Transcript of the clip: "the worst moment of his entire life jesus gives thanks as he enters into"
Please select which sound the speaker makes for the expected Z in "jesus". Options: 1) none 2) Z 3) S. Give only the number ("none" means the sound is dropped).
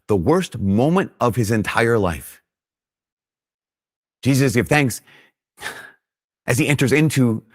2